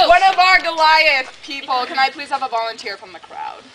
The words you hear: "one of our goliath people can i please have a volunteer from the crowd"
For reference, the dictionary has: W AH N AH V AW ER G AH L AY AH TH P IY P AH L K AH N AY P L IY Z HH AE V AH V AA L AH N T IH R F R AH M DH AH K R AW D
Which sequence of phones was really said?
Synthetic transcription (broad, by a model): W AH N AH V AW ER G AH L AY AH S P IY P L K AH N AY P L IY Z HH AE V AH V AA L AH N T IH R F R AH M DH AH K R AW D